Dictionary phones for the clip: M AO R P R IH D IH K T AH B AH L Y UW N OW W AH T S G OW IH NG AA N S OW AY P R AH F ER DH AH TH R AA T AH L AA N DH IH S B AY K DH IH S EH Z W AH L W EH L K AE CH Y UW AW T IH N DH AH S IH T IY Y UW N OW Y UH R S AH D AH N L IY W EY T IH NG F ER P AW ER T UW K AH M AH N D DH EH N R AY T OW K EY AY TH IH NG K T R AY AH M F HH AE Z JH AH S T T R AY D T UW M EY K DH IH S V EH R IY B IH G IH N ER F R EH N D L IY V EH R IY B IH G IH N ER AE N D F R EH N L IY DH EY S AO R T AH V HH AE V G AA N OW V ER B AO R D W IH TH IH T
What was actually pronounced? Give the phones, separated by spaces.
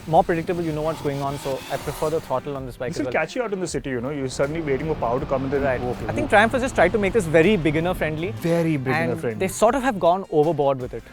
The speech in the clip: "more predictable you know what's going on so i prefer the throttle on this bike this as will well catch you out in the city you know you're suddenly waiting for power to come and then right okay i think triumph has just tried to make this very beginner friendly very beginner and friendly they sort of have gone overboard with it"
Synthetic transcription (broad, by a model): M AO R P R IH D IH K T AH B AH L Y UW N OW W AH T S G OW IH NG AA N S OW AY P R AH F ER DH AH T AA T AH L AA N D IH S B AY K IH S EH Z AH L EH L K AE CH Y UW AW T IH N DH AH S IH T IY Y UW N OW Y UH S AH D AH N L IY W EY T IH NG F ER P AW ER T UW K AH M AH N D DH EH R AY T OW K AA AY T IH NG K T R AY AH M F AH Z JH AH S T T R AY D T UW M EY K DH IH S V EH R IY B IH G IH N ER F R EH N D L IY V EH R IY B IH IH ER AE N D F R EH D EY S AO R T AH V HH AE V G AA N OW V ER B AO R D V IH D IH T